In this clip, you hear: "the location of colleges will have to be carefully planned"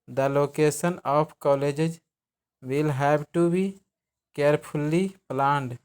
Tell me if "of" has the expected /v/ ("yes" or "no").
no